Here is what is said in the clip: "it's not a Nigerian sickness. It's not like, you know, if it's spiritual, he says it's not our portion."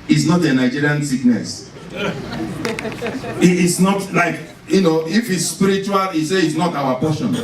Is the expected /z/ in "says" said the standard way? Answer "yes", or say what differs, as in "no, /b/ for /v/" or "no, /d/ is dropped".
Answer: no, /z/ is dropped